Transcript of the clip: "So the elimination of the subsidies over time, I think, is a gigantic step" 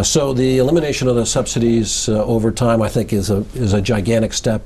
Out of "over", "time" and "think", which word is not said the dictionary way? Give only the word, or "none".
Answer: none